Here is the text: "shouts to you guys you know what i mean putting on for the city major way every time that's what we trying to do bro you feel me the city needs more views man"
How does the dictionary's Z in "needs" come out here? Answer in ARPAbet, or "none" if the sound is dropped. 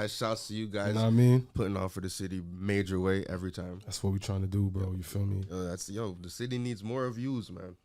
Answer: Z